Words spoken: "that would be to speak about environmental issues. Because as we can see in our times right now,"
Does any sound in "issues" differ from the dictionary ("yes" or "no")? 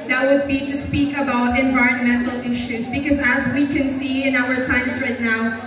no